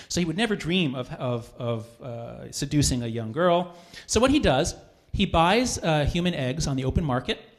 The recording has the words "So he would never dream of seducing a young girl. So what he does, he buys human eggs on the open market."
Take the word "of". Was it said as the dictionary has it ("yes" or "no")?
yes